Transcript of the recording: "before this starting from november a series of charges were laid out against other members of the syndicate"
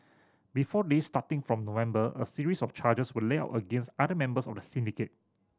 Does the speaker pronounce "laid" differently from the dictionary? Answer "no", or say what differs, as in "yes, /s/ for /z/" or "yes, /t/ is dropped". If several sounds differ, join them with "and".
yes, /d/ is dropped